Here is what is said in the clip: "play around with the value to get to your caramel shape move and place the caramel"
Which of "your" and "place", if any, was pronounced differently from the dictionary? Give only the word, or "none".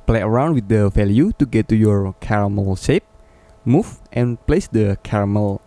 none